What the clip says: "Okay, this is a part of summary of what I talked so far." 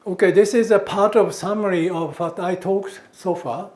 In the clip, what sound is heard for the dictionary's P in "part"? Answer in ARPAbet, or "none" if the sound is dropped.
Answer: P